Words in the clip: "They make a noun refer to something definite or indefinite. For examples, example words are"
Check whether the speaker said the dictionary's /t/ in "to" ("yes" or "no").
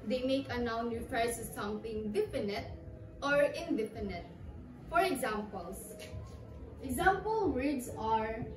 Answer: no